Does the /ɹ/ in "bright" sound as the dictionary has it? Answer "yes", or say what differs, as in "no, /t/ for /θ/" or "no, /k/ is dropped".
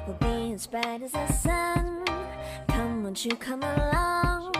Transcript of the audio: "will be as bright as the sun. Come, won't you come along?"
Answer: no, /ɹ/ is dropped